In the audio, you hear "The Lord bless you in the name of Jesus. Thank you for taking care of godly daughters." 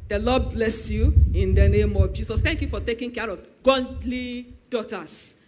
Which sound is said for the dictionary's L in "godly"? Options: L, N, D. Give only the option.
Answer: L